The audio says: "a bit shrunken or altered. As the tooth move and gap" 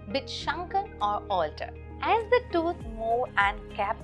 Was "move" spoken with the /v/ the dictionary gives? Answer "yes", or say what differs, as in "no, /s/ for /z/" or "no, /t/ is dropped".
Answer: no, /v/ is dropped